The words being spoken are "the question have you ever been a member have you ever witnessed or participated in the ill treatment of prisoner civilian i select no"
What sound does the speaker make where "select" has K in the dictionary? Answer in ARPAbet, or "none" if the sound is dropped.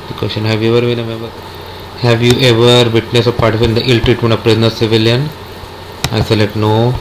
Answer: none